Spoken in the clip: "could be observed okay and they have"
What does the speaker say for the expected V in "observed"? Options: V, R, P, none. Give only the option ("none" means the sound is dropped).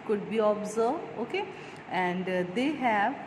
none